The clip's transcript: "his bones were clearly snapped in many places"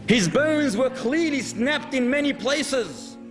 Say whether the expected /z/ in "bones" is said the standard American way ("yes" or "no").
yes